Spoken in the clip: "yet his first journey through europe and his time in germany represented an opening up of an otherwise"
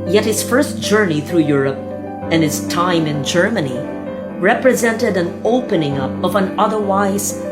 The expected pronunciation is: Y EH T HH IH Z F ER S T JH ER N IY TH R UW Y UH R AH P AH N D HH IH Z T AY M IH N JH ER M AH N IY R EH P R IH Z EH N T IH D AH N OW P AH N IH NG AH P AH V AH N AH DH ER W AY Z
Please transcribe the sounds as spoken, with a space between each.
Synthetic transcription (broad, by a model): Y EH T HH IH Z F ER S T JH ER N IY TH R UW Y UH R AH P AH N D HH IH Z T AY M IH N JH ER M AH N IY R EH P R IH Z EH N T IH D AH N OW P AH N IH NG AH P AH V AH N AH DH ER W AY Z